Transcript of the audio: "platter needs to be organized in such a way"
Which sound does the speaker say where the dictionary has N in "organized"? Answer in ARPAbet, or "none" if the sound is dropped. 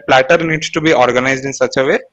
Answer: N